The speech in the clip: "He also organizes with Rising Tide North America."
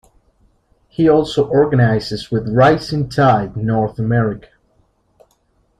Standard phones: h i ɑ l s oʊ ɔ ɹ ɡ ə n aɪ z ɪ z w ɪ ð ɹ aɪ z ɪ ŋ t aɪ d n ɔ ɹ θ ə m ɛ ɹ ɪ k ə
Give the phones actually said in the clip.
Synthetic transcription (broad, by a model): h i ɑ l s oʊ ɔ ɹ ɡ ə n aɪ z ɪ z w ɪ ð ɹ aɪ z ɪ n t aɪ d n ɔ ɹ θ ə m ɛ ɹ ɪ k ə